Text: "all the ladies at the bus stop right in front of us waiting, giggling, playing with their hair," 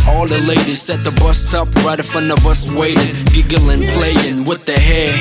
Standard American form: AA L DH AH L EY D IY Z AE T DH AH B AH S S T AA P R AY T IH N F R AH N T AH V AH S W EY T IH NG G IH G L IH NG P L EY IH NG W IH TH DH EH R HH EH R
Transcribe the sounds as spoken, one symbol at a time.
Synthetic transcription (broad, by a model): AA L DH AH L EY D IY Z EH T DH AH B AH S S T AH P R AY T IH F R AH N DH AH B AH S W EY T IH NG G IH G L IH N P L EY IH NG W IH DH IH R HH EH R